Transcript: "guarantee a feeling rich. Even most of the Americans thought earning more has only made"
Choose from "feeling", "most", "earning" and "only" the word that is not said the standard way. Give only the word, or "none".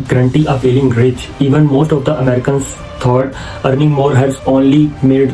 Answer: feeling